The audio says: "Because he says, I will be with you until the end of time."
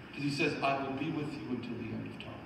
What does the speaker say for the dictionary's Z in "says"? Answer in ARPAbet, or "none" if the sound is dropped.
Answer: Z